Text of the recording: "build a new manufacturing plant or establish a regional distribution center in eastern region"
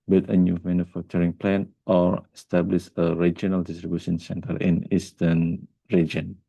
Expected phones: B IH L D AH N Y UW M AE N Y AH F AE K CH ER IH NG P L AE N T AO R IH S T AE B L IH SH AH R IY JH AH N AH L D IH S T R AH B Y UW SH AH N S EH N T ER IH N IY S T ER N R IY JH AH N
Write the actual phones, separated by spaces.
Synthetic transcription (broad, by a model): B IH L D AH N Y UW M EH N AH F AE K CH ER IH NG P L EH N T AO R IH S T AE B L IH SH AH R IY JH AH N AH L D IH S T R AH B Y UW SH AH N S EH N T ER IH N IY S T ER N R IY JH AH N